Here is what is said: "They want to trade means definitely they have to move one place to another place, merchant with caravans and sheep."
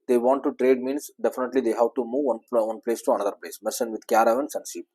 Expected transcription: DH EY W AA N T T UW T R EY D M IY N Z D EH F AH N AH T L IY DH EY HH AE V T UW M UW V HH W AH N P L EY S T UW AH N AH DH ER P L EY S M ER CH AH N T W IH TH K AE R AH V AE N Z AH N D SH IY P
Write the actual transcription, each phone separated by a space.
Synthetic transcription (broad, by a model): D EY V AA N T T UW T R EY D M IY N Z D EH F AH N AH T L IY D EY HH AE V T UW M UW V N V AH N P L EY S T UW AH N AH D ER P L EY S M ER S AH N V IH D K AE R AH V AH N S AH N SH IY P